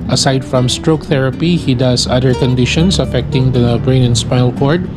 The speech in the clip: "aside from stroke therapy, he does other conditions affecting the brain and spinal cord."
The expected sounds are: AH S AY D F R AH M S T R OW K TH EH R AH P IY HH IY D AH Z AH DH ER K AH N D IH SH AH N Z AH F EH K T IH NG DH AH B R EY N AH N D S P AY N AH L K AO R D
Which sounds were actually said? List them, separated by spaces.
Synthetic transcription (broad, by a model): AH S AY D F R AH M S T R OW K TH EH R AH P IY HH IY D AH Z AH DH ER K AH N D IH SH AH N S AH F EH K T IH NG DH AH B R EY N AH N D S P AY AH L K AO R D